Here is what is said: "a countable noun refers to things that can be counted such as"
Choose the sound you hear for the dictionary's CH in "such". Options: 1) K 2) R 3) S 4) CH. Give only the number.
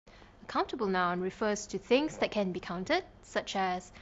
4